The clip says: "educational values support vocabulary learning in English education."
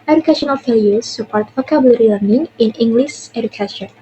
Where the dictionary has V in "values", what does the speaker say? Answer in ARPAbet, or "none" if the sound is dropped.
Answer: F